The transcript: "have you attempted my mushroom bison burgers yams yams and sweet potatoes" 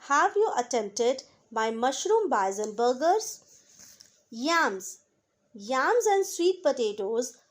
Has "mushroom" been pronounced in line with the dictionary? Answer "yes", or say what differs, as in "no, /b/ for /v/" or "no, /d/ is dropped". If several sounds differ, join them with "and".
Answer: yes